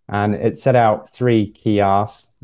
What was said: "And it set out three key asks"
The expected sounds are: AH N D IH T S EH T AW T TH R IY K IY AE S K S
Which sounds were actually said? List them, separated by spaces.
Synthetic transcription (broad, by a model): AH N IH T S EH T AW T TH R IY K IY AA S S